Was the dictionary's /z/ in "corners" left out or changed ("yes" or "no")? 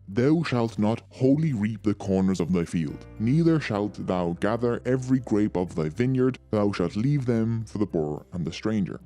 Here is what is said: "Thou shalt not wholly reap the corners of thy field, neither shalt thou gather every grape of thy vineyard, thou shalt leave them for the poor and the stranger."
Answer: no